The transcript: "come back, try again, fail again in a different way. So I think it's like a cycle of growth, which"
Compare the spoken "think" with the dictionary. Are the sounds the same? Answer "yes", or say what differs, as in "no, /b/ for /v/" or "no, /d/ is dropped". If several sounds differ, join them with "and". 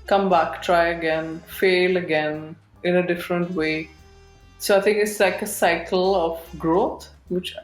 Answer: no, /t/ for /θ/